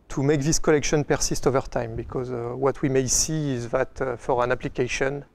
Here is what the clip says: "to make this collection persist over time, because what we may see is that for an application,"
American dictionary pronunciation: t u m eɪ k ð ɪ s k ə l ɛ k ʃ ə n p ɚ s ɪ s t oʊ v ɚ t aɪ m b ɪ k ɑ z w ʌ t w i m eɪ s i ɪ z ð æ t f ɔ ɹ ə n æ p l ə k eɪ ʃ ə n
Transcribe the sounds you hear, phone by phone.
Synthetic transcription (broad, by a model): t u m eɪ k ð ɪ s k ə l ɛ k ʃ ə n p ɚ s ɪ s t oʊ v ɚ t aɪ m b ɪ k ɑ z w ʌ t w i m eɪ s i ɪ z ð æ t f ɔ ɹ ə n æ p l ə k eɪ ʃ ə n